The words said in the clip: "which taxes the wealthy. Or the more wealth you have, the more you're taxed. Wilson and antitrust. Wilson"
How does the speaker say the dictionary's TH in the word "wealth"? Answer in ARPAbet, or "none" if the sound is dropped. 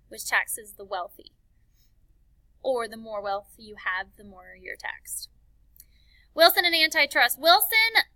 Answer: TH